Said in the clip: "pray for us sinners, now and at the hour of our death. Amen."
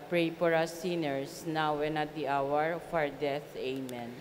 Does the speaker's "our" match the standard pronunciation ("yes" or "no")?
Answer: yes